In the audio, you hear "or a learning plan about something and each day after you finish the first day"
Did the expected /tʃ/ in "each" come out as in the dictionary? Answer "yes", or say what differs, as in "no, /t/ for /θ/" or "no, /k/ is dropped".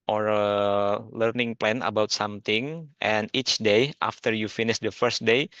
yes